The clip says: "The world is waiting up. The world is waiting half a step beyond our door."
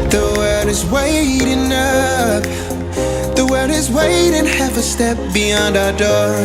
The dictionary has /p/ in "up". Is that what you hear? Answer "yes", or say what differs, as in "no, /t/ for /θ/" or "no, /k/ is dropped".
no, /f/ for /p/